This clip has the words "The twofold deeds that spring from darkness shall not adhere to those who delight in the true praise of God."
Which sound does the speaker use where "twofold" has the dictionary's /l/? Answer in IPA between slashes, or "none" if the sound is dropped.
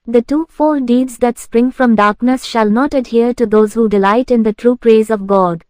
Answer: none